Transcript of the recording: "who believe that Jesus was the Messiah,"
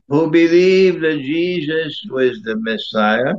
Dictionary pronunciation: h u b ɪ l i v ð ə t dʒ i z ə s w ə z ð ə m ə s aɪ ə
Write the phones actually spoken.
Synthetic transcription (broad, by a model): h u b ɪ l i v ð ə t dʒ i z ə s w ə z ð ə m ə s aɪ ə